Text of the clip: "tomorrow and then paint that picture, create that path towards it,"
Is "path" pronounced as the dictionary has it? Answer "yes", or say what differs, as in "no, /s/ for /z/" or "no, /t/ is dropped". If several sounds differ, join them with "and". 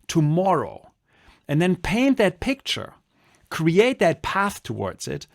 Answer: yes